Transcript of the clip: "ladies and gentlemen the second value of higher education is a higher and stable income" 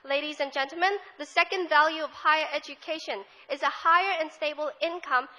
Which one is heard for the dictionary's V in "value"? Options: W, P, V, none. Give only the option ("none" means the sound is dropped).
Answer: V